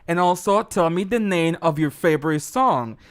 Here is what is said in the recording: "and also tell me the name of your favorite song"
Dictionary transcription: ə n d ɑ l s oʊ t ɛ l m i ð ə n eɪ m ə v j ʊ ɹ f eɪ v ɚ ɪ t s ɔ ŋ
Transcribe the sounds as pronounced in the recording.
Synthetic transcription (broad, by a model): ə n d ɑ l s oʊ t ɛ l m i ð ə n eɪ m ə v j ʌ ɹ f eɪ v ɚ ɪ t s ɔ ŋ